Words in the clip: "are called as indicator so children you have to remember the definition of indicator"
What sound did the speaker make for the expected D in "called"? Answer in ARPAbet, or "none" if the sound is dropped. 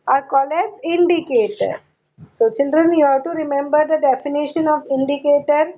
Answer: none